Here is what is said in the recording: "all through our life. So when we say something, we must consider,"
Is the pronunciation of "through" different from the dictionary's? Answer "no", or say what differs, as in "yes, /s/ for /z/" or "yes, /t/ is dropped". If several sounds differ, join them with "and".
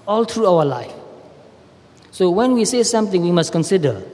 yes, /t/ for /θ/